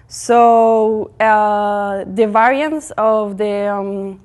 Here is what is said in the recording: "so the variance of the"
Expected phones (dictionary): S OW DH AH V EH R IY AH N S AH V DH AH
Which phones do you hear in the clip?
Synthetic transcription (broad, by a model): S OW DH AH V EH R IY AH N S AH V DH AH